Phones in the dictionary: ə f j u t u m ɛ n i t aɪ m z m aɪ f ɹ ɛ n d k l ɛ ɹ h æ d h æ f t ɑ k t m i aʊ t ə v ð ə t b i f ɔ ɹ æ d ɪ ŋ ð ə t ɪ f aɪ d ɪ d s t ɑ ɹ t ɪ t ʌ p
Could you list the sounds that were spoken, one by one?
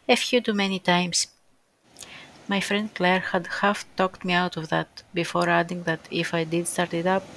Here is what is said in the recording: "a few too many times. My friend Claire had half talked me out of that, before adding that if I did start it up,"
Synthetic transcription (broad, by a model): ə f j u t u m ɛ n i t aɪ m s m aɪ f ɹ ɛ n d k l ɛ ɹ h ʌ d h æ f t ɑ k t m i aʊ t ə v ð ə t b i f ɔ ɹ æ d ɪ ŋ ð ə t ɪ f aɪ d ɪ d s t ɑ ɹ t ɪ t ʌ p